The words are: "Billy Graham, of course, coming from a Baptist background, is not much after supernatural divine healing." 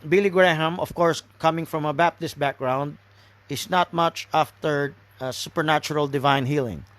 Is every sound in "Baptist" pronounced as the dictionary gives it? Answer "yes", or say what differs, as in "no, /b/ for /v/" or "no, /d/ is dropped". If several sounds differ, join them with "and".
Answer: yes